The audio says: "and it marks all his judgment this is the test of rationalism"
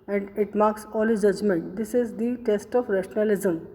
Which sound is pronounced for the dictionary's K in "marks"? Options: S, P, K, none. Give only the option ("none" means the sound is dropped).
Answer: K